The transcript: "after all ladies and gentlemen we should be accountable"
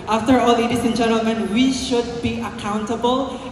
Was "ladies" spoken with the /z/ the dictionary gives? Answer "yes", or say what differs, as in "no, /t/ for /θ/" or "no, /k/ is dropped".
no, /s/ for /z/